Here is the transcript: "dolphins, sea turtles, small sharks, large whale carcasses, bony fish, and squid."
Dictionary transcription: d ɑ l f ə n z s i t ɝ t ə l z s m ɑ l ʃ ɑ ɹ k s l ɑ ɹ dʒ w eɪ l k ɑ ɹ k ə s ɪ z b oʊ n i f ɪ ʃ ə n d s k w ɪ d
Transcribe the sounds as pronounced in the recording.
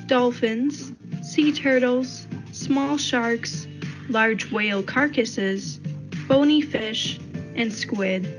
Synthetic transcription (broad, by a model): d ɑ l f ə n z s i t ɝ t l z s m ɑ l ʃ ɑ ɹ k s l ɑ ɹ dʒ w eɪ l k ɑ ɹ k ə s ɪ z b oʊ n i f ɪ ʃ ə n s k w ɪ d